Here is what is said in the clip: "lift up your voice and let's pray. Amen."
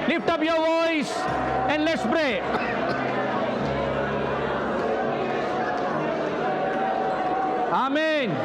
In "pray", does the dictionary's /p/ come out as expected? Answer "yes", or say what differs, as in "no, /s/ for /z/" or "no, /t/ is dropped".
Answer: no, /b/ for /p/